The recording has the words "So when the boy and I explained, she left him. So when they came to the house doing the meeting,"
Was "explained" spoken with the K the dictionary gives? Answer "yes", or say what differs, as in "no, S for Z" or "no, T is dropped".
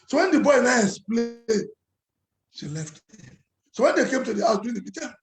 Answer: no, K is dropped